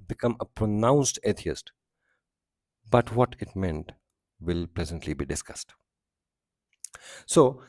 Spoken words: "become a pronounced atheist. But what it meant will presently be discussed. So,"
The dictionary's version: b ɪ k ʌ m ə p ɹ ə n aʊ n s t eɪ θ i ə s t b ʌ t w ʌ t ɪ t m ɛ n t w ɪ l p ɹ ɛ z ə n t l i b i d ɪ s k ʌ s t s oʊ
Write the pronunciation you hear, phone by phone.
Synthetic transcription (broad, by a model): b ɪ k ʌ m ə p ɹ ə n aʊ n s t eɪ t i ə s t b ʌ t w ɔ t ɪ t m ɛ n t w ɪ l p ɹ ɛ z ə n t l i b i d ɪ s k ʌ s t s oʊ